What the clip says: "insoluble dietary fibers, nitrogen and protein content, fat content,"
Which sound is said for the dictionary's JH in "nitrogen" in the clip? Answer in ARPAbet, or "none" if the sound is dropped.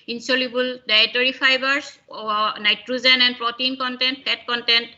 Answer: Z